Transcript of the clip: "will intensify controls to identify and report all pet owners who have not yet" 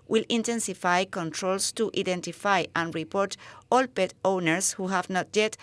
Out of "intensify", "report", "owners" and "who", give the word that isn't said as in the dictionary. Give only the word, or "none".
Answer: owners